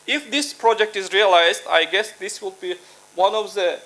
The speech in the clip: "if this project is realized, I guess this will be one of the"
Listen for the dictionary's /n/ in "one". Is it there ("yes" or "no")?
yes